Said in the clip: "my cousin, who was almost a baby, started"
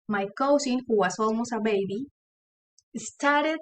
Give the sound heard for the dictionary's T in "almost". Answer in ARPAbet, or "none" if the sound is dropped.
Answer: none